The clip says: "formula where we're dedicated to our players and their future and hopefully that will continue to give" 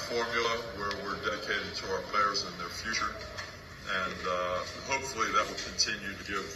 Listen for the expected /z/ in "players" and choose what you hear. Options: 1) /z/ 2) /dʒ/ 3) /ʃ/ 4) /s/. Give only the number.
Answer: 1